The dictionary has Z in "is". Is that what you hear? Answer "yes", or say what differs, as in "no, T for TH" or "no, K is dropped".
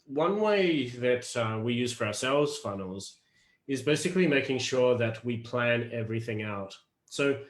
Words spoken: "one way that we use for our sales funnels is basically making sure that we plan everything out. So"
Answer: yes